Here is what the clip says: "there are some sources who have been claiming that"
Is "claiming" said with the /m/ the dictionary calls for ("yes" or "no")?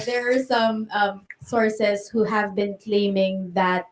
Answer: yes